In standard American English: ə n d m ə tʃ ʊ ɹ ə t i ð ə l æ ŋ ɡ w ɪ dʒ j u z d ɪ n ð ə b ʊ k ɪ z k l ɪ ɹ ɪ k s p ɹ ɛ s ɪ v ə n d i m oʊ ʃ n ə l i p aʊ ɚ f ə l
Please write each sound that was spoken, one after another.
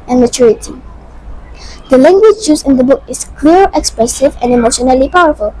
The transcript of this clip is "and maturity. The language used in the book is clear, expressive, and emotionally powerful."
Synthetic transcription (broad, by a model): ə n m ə tʃ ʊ ɹ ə t i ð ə l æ ŋ ɡ w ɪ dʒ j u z ɪ n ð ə b ʊ k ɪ s k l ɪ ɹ ɪ k s p ɹ ɛ s ɪ v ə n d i m oʊ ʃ n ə l i p aʊ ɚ f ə l